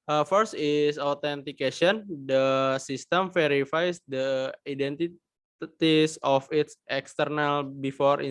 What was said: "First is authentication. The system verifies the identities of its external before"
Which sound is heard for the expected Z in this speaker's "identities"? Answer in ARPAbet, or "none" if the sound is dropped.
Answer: S